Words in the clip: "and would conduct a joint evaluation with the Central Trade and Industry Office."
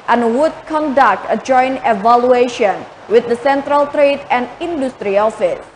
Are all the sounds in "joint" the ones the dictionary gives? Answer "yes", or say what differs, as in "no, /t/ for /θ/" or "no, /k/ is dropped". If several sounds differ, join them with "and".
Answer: no, /t/ is dropped